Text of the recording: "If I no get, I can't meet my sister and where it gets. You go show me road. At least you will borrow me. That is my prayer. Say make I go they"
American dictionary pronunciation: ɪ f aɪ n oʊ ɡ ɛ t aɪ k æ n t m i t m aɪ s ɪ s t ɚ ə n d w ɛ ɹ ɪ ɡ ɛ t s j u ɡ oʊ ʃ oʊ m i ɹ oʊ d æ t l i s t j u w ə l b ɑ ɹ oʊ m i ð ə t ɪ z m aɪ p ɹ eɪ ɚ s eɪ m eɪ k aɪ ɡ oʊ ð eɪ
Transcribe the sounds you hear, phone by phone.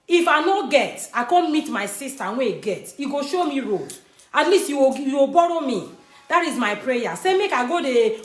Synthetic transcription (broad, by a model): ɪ f aɪ n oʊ ɡ ɛ t aɪ k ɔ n m i t m aɪ s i s t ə w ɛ ɪ ɡ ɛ t j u ɡ oʊ ʃ oʊ m i ɹ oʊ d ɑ t l i s t j u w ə w b ɑ ɹ oʊ m i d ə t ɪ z m aɪ p ɹ eɪ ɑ s eɪ m eɪ k aɪ ɡ oʊ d eɪ